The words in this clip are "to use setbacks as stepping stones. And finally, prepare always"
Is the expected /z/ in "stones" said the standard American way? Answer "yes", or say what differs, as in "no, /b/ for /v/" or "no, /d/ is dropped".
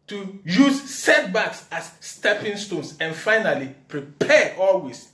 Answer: no, /s/ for /z/